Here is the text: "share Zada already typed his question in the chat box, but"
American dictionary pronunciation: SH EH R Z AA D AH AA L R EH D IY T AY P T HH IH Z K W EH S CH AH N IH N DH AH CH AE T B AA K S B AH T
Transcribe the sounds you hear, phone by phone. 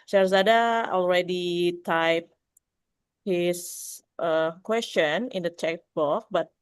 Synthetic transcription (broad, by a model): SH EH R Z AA D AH AA L R EH D IY T AY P HH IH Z K W EH S CH AH N IH N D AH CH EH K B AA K B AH T